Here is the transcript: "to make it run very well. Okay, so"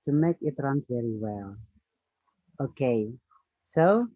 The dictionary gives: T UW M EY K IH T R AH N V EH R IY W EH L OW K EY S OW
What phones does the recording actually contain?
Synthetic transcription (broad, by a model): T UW M EY K IH T R AH N V EH R IY W EH L OW K EY S OW